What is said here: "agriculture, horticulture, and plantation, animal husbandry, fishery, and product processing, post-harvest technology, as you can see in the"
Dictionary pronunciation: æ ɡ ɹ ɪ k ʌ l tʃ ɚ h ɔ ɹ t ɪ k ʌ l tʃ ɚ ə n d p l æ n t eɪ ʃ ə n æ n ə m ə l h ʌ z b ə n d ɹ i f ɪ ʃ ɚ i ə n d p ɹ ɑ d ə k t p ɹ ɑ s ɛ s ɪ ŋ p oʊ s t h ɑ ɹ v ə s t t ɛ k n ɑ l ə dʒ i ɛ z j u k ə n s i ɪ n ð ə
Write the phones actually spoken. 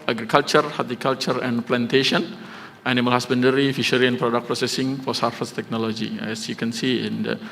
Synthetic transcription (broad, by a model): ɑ ɡ ɹ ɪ k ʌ l tʃ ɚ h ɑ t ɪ k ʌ l tʃ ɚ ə n p l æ n t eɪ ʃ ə n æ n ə m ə l h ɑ s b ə n d ɹ i f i ʃ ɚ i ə n p ɹ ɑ d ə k p ɹ ɑ s ɛ s ɪ ŋ f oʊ s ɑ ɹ f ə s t t ɛ k n ɑ l ə dʒ i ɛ s j u k ə n s i ɪ n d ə